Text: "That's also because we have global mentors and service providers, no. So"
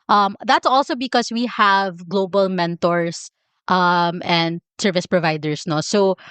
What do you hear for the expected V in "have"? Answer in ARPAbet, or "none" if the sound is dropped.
V